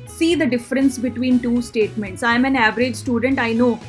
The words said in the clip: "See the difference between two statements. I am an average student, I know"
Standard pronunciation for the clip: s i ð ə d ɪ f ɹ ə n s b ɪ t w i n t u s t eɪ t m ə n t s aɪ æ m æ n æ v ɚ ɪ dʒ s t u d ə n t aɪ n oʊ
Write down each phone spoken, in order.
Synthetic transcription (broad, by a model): s i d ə d ɪ f ɹ ə n s b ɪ t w i n t u s t eɪ t m ə n t s aɪ m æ n æ v ɚ ɪ dʒ s t u d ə n t aɪ n oʊ